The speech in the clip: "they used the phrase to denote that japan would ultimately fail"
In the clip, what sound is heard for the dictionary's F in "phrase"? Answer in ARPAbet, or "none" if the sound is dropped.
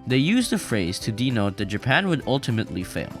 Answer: F